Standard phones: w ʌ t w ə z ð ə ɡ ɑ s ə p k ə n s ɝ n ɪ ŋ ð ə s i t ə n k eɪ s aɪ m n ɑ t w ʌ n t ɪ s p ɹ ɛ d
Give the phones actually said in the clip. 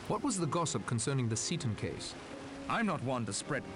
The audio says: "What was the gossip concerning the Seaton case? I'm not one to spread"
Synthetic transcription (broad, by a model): w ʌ t w ə z ð ə ɡ ɑ s ə p k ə n s ɝ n ɪ ŋ ð ə s i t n k eɪ s aɪ m n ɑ t w ʌ n t ɪ s p ɹ ɛ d